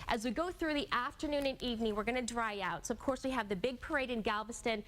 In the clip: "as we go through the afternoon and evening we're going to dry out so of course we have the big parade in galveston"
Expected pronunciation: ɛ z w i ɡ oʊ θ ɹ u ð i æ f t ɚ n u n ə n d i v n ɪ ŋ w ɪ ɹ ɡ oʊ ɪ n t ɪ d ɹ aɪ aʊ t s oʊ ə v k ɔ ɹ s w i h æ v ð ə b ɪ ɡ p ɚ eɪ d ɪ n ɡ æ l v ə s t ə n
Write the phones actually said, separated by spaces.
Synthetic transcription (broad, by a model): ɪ z w i ɡ oʊ θ ɹ u ð i æ f t ɚ n u n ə n i v n ɪ ŋ w ɪ ɹ ɡ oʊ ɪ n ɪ d ɹ aɪ aʊ t s oʊ ə v k ɔ ɹ s w i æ v ð ə b ɪ ɡ p ɚ eɪ d ɪ n ɡ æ l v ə s t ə n